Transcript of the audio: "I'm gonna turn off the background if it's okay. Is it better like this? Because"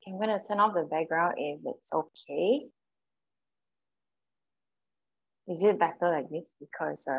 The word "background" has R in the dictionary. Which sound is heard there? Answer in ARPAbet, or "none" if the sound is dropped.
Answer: R